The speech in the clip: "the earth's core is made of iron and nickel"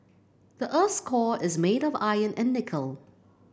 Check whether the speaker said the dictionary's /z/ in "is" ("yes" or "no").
yes